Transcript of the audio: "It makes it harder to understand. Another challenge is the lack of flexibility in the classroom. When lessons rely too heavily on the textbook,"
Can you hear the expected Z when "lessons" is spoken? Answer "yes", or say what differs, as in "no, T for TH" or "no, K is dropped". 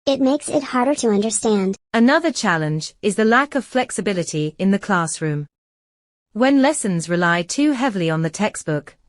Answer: yes